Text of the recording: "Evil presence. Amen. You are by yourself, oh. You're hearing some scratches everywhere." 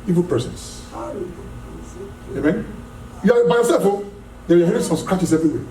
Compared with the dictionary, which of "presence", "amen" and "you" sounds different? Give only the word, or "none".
presence